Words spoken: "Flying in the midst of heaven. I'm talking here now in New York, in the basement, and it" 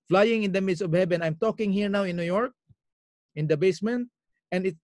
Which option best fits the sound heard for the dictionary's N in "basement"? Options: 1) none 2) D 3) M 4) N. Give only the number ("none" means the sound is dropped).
4